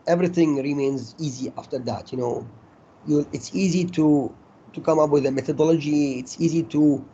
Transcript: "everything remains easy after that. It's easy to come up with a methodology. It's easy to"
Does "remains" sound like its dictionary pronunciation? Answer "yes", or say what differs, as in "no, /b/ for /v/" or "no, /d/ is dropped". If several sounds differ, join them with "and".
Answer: yes